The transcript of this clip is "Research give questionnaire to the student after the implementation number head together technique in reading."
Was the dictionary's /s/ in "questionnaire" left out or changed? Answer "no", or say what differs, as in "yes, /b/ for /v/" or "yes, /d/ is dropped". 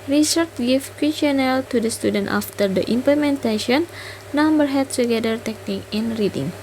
yes, /s/ is dropped